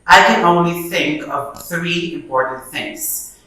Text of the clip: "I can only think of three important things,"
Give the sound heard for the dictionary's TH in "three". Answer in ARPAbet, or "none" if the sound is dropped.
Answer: TH